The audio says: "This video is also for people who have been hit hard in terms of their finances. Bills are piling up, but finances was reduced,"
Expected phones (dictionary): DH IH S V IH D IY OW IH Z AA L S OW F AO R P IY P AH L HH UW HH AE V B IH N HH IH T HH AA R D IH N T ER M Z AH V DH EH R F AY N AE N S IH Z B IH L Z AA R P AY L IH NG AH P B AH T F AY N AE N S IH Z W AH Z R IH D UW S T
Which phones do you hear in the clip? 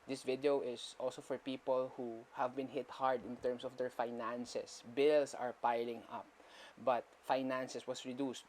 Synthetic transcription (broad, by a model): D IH S V IH D IY OW IH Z AA L S OW F AO R P IY P AH L HH UW HH AE V B IH N HH IH T HH AA R D IH N T ER M S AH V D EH R F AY N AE N S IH S B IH L S AA R P AY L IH NG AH P B AH T F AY N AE N S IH S W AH S R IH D UW S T